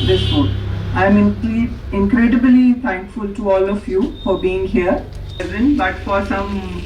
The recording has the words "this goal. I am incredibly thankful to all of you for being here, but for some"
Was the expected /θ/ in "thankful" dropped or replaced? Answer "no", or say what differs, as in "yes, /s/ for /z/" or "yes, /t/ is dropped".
yes, /t/ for /θ/